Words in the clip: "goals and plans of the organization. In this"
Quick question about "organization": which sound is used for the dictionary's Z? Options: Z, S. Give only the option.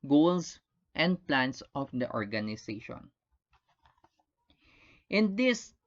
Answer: S